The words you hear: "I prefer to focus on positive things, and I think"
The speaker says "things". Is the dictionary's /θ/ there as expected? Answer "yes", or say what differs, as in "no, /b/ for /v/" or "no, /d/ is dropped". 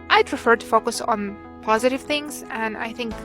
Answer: yes